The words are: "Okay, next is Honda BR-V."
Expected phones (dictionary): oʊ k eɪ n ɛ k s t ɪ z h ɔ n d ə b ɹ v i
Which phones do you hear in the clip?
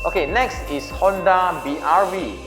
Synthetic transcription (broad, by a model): oʊ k eɪ n ɛ k s t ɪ s h ɔ n d ə b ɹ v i